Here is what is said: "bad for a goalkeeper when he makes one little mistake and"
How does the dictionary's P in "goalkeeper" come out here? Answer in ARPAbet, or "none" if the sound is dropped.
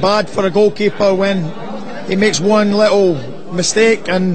P